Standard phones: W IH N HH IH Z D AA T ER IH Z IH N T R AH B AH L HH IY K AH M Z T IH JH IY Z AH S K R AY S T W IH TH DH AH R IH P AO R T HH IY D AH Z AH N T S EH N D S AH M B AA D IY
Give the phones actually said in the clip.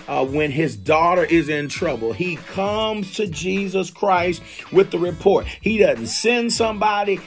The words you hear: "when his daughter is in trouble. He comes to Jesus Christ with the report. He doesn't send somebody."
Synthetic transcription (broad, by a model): W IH N IH Z D AA T ER IH Z IH N T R AH B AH L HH IY K AH M Z T IH JH IY Z AH S K R AY S T W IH DH AH R IH P AO R T HH IY D AH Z N T S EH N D S AH M B AA D IY